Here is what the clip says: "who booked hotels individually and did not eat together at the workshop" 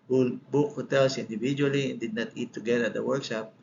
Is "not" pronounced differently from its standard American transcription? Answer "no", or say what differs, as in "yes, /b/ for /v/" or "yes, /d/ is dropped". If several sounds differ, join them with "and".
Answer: no